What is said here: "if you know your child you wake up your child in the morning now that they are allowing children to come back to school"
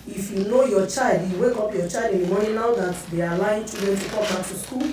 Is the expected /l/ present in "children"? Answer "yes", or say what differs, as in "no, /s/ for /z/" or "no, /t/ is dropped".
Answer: no, /l/ is dropped